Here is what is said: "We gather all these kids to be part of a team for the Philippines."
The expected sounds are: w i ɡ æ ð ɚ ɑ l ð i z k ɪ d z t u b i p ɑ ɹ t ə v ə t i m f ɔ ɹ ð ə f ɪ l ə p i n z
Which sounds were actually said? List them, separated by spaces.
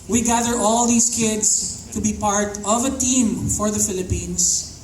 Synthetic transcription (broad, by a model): w i ɡ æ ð ɚ ɑ l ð i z k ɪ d s t u b i p ɑ ɹ t ə v ə t i m f ɔ ɹ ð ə f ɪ l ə p i n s